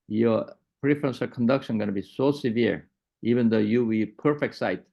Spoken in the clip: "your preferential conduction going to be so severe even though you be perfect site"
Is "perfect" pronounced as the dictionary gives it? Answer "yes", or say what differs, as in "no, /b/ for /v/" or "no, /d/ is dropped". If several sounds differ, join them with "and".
yes